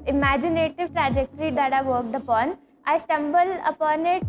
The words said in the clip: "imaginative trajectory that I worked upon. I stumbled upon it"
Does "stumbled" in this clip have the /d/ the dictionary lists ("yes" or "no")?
no